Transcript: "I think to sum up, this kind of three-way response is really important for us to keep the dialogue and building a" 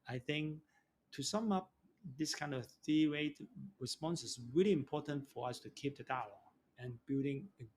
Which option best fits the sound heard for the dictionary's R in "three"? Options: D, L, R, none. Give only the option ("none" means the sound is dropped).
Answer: none